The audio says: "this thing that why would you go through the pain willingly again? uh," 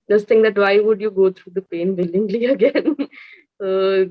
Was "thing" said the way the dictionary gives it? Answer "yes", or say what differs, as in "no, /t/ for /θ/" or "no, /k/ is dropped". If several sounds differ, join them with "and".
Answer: no, /t/ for /θ/